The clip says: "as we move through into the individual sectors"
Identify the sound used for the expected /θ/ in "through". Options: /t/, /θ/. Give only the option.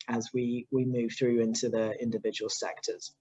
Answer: /θ/